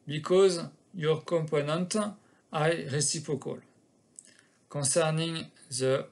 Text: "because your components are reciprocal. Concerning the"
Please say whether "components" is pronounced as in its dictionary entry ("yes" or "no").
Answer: no